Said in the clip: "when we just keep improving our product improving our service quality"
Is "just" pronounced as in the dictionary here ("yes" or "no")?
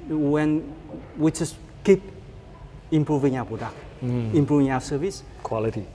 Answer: no